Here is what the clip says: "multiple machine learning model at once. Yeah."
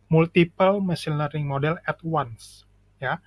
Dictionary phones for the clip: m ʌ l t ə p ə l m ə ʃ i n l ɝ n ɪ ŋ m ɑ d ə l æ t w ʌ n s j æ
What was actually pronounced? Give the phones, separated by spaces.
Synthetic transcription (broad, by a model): m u l t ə p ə l m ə s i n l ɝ ɪ ŋ m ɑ d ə l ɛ t w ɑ n s j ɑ